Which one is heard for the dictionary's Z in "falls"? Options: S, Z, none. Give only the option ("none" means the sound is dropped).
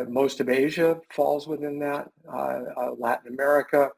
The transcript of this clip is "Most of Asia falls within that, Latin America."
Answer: Z